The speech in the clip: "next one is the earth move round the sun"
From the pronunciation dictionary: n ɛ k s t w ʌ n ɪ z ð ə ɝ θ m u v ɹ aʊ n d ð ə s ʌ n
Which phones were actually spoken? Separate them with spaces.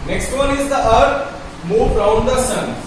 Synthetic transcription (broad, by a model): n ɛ k s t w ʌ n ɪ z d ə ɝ m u b ɹ aʊ n d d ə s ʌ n